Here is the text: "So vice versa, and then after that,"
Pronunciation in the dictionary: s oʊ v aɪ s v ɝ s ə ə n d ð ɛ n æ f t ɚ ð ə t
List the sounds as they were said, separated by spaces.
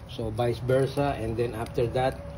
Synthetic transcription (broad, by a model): s oʊ b aɪ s b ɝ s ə ə n d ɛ n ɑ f t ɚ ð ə t